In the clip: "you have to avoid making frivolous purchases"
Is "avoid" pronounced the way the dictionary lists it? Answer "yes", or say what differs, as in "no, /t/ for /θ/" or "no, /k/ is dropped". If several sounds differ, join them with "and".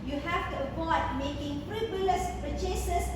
no, /p/ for /v/